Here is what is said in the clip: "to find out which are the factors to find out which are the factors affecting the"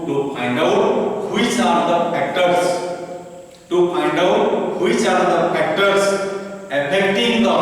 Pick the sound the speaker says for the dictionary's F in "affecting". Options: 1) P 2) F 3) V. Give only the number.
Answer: 1